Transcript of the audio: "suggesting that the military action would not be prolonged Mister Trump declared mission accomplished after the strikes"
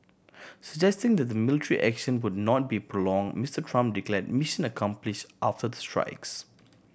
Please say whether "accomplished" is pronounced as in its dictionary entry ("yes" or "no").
yes